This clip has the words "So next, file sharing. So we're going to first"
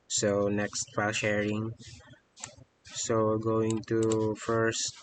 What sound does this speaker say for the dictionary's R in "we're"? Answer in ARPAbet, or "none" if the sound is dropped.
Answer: L